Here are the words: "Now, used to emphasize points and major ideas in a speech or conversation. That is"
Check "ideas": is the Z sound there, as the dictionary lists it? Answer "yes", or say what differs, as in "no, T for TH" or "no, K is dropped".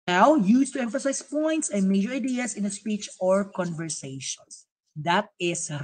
no, S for Z